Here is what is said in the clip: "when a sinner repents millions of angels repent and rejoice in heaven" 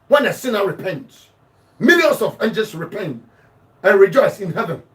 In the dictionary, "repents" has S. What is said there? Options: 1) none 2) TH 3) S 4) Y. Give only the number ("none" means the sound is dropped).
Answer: 1